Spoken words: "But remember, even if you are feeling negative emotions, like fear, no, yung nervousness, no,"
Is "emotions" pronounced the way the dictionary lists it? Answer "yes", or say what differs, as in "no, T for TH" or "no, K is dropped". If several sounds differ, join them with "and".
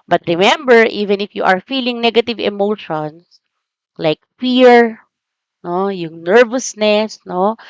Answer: no, S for Z